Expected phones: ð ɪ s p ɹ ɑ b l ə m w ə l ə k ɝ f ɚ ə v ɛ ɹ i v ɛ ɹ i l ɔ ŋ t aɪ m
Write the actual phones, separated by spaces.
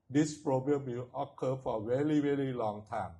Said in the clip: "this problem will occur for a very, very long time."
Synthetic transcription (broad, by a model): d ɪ s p ɹ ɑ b ə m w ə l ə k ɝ f ə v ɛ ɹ i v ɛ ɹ i l ɔ ŋ t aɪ m